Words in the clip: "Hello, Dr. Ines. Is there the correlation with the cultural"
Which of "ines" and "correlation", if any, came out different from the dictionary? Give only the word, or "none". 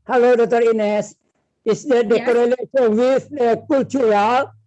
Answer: correlation